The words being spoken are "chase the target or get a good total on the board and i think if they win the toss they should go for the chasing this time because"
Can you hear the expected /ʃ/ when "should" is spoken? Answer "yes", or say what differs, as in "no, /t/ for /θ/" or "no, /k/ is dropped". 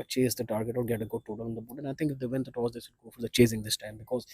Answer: no, /s/ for /ʃ/